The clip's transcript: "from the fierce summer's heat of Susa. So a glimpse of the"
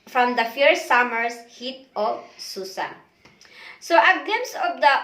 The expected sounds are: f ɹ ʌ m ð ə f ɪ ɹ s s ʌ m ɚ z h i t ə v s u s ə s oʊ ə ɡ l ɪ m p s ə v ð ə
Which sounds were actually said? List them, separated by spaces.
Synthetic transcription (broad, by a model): f ɹ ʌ m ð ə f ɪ ɹ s s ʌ m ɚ s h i t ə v s u s ə s oʊ ə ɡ ɪ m s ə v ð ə